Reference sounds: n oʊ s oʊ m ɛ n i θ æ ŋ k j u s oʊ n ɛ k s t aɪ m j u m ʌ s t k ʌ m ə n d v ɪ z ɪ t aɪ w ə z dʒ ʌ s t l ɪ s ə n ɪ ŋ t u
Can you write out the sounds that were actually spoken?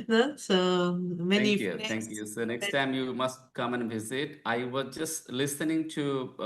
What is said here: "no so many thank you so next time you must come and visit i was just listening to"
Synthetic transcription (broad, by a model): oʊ s oʊ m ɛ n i t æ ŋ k j u s oʊ n ɛ k s t aɪ m j u m ʌ s t k ʌ m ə n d v ɪ z ɪ t aɪ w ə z dʒ ʌ s t l ɪ s ə n ɪ ŋ t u